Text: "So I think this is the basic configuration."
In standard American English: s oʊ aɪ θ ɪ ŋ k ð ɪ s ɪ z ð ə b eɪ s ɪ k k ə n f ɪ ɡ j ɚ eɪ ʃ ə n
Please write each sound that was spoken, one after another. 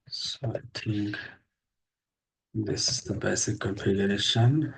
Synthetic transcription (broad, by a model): s oʊ aɪ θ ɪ ŋ k ð ɪ s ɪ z ð ə b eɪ s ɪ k k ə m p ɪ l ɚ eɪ ʃ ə n